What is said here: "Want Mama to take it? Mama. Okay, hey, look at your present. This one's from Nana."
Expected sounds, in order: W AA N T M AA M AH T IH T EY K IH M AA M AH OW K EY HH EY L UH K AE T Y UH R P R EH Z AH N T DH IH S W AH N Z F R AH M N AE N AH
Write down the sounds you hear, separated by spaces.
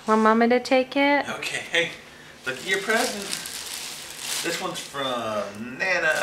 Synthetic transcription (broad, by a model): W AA M AA M AH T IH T EY K IH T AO AH K EY HH EY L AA IH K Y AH R P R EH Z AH N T DH IH S W AH N Z F R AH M N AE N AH